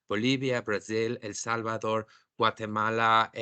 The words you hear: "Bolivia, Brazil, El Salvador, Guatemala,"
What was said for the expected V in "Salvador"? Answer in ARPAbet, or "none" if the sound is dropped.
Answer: B